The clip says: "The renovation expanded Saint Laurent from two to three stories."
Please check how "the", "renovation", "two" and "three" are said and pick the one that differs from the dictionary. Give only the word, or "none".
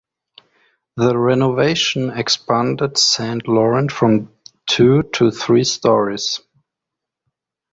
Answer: none